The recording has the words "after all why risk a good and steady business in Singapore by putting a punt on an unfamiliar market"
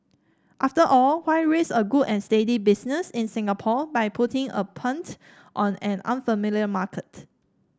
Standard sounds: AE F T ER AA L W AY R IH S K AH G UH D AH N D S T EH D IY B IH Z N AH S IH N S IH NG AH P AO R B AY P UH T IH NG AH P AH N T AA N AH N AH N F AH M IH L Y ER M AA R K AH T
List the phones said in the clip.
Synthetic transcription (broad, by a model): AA F T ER AA L W AY R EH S AH G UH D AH N S T EH D IY B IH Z N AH S IH N S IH NG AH P AO B AY P UH T IH NG AH P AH N T AA N AH N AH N F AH M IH L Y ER M AA K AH T